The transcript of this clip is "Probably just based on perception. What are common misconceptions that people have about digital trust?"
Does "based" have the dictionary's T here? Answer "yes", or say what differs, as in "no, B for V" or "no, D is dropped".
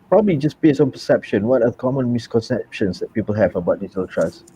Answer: no, T is dropped